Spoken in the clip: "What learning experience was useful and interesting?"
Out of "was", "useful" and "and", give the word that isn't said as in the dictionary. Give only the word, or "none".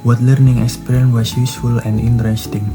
was